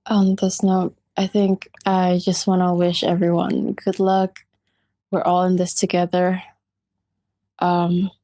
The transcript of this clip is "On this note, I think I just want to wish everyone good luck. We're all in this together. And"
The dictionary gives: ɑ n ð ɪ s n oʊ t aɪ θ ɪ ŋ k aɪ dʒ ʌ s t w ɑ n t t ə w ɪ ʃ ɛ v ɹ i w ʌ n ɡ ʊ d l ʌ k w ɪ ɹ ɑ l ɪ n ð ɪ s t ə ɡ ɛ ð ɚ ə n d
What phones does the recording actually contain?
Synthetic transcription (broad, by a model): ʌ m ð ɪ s n oʊ t aɪ θ ɪ ŋ k aɪ dʒ ʌ s t w ɑ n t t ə w ɪ ʃ ɛ v ɹ i w ʌ n ɡ ʊ d l ʌ k w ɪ ɹ ɑ l ɪ n ð ɪ s t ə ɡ ɛ ð ɚ ə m